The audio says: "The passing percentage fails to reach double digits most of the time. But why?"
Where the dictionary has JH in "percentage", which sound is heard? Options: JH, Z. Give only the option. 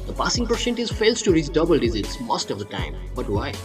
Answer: Z